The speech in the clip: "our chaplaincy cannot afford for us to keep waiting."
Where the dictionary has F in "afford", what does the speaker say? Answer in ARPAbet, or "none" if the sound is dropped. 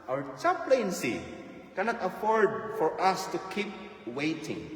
F